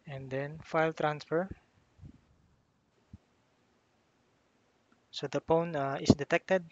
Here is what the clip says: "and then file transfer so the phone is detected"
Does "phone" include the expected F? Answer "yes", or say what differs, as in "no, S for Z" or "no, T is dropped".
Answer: no, P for F